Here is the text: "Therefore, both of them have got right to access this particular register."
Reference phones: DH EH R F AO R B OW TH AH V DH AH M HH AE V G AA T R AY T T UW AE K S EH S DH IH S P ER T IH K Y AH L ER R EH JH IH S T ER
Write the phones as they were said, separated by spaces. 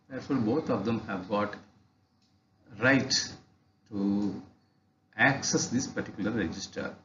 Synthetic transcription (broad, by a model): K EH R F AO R B OW T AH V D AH M HH AE V G AA T R AY T T UW AE K S EH S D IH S P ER T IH K Y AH L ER R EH JH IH S T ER